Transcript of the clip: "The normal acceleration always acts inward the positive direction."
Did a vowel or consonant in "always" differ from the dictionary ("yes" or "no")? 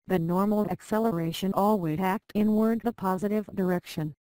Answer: yes